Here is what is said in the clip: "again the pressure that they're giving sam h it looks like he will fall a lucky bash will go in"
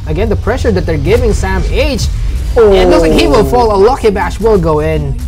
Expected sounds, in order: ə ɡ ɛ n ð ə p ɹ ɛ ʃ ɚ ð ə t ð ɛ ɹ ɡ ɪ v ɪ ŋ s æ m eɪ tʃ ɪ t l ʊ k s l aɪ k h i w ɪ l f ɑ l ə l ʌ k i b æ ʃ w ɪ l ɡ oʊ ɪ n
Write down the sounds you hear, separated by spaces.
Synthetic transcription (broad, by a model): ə ɡ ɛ n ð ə p ɹ ɛ ʃ ɚ ð ə t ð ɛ ɹ ɡ ɪ v ɪ ŋ s æ m eɪ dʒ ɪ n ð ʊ s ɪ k h i w ɪ l f ɑ l ə l ʌ k i b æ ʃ w ɪ l ɡ oʊ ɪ n